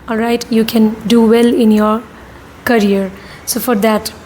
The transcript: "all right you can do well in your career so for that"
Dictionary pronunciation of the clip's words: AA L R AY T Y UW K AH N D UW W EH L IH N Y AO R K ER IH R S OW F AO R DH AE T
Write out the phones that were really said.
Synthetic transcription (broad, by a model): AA L R AY T Y UW K AH N D UW W EH L IH N Y AO R K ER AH R S OW F AO R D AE T